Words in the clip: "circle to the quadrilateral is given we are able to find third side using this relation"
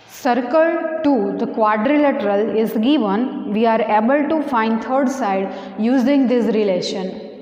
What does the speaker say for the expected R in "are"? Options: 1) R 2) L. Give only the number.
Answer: 1